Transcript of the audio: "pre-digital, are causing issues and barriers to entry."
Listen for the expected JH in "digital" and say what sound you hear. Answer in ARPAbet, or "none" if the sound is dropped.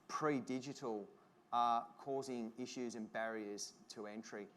JH